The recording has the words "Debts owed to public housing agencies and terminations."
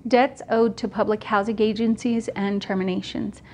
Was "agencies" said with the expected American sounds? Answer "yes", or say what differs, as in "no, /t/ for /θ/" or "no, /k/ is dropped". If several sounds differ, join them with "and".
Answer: yes